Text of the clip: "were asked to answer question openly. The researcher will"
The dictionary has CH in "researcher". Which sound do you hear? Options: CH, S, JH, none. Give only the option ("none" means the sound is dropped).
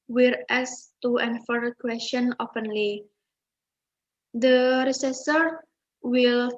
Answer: S